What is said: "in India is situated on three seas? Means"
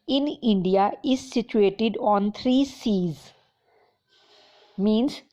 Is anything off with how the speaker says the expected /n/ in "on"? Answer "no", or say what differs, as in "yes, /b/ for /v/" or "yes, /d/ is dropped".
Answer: no